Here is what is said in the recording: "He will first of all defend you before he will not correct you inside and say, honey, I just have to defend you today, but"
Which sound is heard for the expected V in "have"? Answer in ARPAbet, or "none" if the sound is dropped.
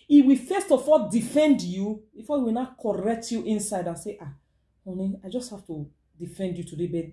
F